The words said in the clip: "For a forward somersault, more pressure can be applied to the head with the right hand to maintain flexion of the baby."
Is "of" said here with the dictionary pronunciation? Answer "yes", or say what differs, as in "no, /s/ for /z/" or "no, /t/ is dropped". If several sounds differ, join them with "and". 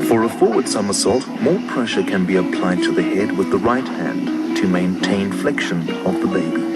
yes